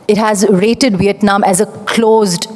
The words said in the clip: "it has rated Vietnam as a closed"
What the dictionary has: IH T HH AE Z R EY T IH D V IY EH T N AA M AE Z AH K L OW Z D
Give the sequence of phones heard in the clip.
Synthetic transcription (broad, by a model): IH T HH AE Z R EY T IH D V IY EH T N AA M AE Z AH K L OW Z D